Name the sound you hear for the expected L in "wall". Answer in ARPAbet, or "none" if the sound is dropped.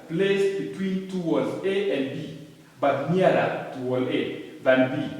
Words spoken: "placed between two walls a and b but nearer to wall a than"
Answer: L